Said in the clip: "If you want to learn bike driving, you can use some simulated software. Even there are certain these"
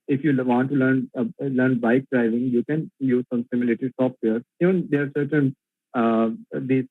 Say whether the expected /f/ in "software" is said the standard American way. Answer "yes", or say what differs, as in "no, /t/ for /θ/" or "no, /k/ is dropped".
no, /p/ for /f/